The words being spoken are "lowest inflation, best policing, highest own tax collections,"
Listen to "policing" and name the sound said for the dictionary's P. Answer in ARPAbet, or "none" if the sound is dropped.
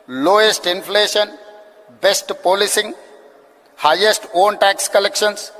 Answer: P